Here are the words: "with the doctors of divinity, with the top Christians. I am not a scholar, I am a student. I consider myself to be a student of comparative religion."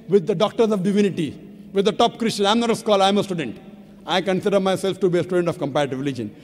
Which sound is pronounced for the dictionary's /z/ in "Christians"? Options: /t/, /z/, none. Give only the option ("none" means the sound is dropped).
none